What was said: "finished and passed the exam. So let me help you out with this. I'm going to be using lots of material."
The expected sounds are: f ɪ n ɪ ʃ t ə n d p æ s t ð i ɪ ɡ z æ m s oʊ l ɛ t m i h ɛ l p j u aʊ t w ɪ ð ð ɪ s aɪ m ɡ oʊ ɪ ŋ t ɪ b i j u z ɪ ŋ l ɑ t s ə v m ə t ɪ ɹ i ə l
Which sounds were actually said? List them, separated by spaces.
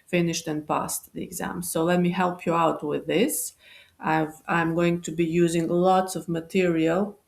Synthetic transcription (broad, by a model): f ɪ n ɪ ʃ t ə n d p æ s t ð i ɪ ɡ z æ m s oʊ l ɛ t m i h ɛ l p j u aʊ t w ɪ ð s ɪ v aɪ m ɡ oʊ ɪ ŋ t ɪ b i j u z ɪ ŋ l ɑ t s ə v m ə t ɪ ɹ i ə l